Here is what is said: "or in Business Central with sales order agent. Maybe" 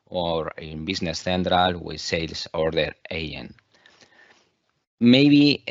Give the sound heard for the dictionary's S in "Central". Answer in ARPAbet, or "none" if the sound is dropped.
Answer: TH